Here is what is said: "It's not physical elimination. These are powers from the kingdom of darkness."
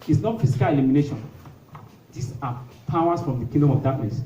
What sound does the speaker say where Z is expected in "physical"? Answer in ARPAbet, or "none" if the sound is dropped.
S